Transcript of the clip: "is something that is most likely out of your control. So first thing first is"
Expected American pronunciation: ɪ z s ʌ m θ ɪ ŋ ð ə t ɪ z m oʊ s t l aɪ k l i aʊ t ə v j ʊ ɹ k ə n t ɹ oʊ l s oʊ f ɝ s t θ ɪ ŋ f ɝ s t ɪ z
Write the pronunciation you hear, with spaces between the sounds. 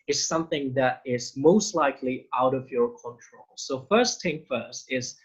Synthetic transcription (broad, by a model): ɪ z s ʌ m θ ɪ ŋ ð ə t ɪ z m oʊ s t l aɪ k l i aʊ t ə v j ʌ ɹ k ə n t ɹ oʊ l s oʊ f ɝ s t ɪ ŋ f ɝ s t ɪ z